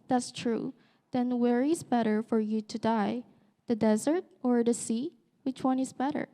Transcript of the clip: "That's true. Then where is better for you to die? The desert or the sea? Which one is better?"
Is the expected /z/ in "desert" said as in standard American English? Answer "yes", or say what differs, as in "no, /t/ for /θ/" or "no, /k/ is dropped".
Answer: yes